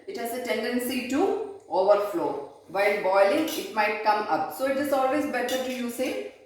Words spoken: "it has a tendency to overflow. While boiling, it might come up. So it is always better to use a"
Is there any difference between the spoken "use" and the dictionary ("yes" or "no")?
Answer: no